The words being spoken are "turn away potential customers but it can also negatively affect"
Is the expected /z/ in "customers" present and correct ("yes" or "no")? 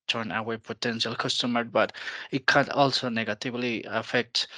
no